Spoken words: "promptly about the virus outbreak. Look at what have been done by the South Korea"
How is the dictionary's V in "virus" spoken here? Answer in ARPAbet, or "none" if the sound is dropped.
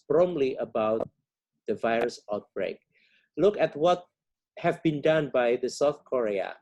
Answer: V